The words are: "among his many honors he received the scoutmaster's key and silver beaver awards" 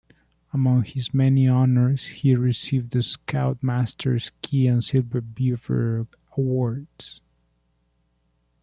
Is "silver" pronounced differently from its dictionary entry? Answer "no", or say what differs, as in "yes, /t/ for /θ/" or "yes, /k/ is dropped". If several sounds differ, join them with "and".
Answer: yes, /b/ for /v/